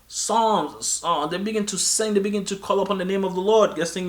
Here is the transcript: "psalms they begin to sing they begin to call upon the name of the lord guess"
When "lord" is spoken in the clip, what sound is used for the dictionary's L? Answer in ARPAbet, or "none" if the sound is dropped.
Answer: L